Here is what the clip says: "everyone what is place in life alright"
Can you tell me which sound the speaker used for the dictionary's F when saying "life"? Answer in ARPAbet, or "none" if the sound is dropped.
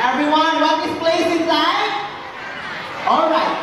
none